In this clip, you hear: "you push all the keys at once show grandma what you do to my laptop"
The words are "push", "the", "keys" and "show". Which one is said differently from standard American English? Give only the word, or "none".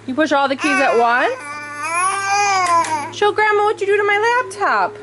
none